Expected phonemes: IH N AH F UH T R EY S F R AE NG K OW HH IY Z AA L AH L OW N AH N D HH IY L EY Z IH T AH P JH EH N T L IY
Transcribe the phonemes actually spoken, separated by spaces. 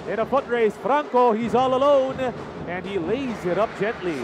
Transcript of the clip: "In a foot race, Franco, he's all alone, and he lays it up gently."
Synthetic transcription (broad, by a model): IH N AH F UH T R EY S F R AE NG K OW HH IY Z AA L AH L OW N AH N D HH IY L EY Z IH T AH P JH EH N T L IY